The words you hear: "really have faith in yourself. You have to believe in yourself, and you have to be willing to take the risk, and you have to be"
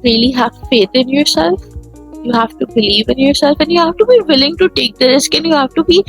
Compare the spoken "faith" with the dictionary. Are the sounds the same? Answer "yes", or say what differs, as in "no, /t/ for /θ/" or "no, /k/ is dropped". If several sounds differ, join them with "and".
no, /t/ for /θ/